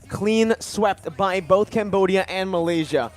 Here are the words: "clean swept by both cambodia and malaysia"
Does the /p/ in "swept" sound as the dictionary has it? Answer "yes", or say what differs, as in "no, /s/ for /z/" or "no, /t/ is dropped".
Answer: yes